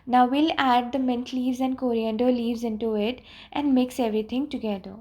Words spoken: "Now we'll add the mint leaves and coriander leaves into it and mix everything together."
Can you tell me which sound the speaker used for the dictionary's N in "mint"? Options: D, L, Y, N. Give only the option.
N